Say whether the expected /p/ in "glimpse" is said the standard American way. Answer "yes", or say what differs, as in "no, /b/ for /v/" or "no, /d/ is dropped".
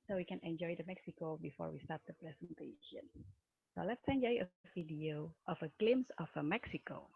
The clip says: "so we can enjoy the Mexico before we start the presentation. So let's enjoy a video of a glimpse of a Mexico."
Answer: no, /p/ is dropped